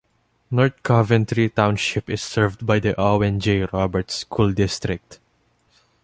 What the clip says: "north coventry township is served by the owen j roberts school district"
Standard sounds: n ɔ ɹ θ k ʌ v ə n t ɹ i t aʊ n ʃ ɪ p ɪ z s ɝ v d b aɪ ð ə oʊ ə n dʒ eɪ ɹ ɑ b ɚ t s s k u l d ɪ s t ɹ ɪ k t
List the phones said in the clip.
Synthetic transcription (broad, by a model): n ɔ ɹ t k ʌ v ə n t ɹ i t aʊ n ʃ ɪ p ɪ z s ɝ v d b aɪ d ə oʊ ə n dʒ eɪ ɹ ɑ b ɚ t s s k u l d ɪ s t ɹ ɪ k t